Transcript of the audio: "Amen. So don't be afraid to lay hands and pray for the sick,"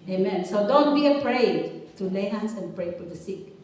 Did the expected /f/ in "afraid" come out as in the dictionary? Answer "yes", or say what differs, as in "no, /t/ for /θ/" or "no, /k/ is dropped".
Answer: no, /p/ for /f/